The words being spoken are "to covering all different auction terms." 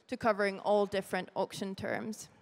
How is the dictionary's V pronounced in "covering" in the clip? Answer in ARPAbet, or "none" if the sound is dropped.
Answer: V